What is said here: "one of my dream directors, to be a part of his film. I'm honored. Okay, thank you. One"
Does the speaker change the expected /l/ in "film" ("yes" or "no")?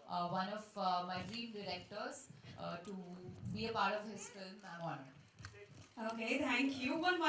no